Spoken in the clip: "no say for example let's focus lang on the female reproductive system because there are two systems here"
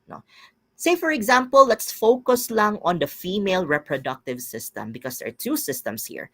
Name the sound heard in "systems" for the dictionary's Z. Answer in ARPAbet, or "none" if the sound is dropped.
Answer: S